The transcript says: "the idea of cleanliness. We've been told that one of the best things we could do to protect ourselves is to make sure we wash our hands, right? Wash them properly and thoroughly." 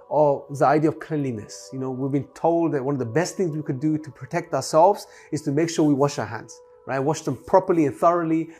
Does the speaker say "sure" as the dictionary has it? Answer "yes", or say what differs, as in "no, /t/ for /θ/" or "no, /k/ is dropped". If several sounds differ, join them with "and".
yes